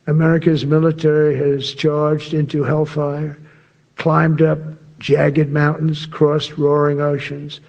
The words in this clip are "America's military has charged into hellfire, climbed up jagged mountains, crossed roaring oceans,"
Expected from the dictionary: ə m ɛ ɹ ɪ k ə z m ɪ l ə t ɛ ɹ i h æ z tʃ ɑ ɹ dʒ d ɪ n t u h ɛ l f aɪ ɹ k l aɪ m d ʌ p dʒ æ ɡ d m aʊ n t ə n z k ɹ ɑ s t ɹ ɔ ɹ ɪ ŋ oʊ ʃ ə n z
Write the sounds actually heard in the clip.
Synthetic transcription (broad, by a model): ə m ɛ ɹ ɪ k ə z m ɪ l ə t ɛ ɹ i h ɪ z tʃ ɑ ɹ dʒ d ɪ n t u h ɛ l f aɪ ɹ k l aɪ m d ʌ p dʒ æ ɡ d m aʊ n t n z k ɹ ɑ s t ɹ ɔ ɹ ɪ ŋ oʊ ʃ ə n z